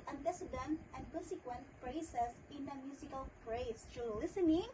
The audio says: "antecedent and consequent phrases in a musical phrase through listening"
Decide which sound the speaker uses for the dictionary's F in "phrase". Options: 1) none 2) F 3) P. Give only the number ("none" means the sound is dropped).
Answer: 3